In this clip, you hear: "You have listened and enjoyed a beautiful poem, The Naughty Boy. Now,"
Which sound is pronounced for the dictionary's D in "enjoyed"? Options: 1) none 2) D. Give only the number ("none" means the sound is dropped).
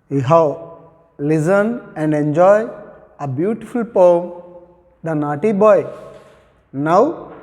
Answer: 1